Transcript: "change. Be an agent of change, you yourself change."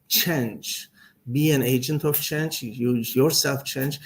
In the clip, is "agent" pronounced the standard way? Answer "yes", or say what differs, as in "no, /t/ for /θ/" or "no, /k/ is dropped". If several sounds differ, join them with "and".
yes